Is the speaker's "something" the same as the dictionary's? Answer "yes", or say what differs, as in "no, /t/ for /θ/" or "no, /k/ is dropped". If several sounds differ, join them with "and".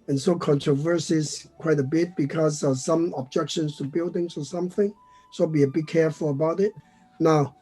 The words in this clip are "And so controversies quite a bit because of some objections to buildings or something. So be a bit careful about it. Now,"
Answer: yes